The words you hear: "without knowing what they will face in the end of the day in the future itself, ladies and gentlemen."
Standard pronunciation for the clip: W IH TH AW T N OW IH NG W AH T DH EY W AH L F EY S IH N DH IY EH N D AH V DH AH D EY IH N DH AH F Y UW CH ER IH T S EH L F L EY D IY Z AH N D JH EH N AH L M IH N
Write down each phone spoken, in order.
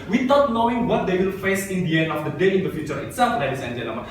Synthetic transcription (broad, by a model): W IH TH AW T N OW IH NG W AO T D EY W AH L F EY S IH N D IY EH N D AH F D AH D EY IH N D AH F Y UW CH ER IH T S EH L F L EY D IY S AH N JH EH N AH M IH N